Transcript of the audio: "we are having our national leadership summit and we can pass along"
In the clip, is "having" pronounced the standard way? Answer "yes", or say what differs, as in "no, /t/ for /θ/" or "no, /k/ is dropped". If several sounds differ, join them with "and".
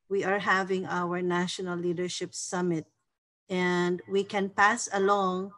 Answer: yes